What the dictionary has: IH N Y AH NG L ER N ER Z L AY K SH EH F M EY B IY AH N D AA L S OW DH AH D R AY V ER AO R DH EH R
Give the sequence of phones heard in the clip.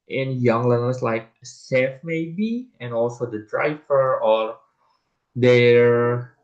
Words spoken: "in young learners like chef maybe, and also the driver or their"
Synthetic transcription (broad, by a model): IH N Y AH NG L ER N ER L L AY K S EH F M EY B IY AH N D AA L S OW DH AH D R AY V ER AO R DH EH R